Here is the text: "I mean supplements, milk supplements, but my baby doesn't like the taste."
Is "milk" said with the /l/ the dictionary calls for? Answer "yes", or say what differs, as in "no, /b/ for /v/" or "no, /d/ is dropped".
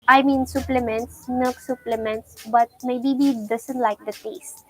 no, /l/ is dropped